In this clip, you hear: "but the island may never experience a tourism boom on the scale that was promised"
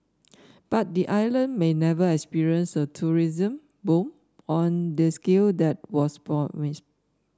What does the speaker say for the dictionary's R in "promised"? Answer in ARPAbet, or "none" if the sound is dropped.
none